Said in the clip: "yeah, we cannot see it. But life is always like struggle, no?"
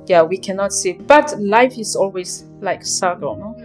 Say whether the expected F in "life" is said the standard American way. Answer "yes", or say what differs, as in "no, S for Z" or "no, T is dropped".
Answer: yes